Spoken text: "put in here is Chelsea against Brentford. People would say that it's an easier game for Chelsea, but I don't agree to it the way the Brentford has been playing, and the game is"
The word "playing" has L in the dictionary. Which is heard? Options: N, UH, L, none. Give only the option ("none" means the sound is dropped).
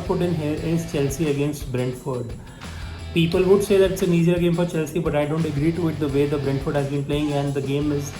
L